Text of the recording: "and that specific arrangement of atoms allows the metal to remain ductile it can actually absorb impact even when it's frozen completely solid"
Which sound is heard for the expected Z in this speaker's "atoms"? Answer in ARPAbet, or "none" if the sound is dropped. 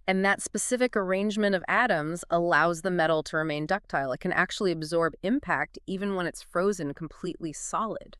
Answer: Z